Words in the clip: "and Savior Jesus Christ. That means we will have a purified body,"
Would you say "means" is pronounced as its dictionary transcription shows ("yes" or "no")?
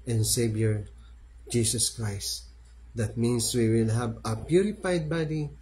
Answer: no